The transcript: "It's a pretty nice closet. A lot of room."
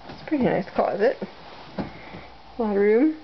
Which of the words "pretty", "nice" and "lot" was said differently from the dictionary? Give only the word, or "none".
lot